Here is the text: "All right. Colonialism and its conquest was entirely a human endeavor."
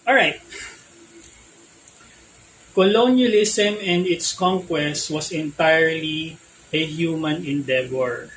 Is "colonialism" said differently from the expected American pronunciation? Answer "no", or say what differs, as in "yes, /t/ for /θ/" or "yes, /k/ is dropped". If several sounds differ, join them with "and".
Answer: yes, /s/ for /z/